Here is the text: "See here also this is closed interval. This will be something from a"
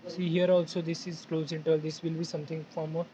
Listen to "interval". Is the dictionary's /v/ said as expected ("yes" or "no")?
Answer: no